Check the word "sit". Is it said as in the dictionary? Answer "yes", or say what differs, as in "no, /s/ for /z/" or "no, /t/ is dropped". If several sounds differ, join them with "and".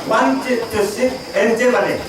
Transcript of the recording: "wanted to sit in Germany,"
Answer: no, /t/ is dropped